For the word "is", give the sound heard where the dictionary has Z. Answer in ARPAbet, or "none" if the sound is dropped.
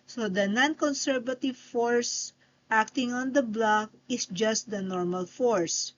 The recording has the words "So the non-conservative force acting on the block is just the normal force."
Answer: S